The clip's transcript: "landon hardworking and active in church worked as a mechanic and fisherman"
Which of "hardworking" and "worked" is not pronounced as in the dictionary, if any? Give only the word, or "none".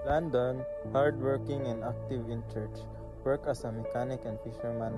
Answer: worked